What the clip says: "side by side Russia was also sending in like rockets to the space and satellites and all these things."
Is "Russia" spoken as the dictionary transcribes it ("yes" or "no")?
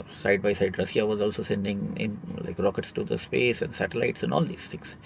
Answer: no